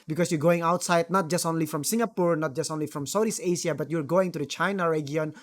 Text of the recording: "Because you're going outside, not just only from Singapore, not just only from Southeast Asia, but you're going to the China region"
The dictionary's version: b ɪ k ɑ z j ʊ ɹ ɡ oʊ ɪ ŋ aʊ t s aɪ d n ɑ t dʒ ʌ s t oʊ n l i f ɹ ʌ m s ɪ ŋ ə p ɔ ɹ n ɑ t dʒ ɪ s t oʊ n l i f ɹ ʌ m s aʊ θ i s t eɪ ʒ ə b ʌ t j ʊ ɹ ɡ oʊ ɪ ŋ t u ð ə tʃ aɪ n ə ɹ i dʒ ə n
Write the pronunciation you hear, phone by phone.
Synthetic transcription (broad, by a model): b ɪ k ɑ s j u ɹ ɡ oʊ ɪ ŋ aʊ t s aɪ d n ɑ t dʒ ʌ s t oʊ n l i f ɹ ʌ m s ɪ ŋ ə p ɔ ɹ n ɑ t dʒ ɪ s t oʊ n l i f ɹ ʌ m s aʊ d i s eɪ s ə b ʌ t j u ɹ ɡ oʊ ɪ ŋ t u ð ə tʃ aɪ n ə ɹ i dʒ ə n